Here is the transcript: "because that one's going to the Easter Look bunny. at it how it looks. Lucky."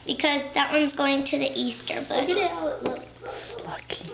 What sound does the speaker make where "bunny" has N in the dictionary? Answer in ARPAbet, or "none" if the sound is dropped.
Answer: none